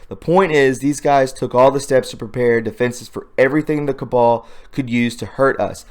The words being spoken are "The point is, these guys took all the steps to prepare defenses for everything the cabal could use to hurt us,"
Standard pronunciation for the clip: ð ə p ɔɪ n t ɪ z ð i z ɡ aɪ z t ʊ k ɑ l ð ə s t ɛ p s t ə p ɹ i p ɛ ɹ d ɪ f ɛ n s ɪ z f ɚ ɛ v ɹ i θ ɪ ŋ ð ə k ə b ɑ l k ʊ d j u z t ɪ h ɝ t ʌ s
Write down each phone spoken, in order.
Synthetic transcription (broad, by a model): ð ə p ɔɪ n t ɪ z ð i z ɡ aɪ z t ʊ k ɑ l ð ə s t ɛ p s t ə p ɹ i p ɛ ɹ d ɪ f ɛ n s ɪ z f ɚ ɛ v ɹ i θ ɪ ŋ ð ə k ə b ɑ l k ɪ d j u z t ɪ h ɝ t ʌ s